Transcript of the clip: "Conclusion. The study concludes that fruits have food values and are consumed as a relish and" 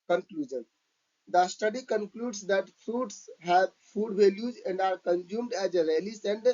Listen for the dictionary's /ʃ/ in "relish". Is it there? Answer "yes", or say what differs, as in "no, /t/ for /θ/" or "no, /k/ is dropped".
no, /s/ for /ʃ/